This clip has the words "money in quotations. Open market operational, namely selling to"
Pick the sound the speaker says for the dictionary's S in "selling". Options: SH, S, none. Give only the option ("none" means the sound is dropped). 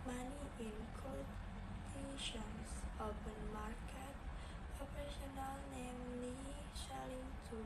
SH